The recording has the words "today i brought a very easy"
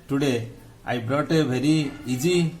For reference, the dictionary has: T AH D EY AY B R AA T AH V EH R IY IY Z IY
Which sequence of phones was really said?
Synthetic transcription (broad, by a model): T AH D EY AY B R AA T AH B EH R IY IY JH IY